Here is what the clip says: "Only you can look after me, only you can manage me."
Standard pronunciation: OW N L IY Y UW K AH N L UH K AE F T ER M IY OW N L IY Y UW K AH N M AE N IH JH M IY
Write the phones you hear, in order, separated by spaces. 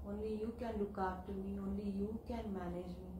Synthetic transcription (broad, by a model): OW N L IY Y UW K AH N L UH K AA T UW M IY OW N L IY Y UW K AH N M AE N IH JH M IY